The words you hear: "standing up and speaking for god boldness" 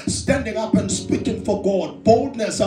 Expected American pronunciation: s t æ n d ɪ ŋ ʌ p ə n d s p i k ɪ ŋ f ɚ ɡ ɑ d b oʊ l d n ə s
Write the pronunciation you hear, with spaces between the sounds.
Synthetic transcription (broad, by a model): s t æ n d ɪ ŋ ʌ p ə n s p i k ɪ ŋ f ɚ ɡ ɑ d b oʊ l d n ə s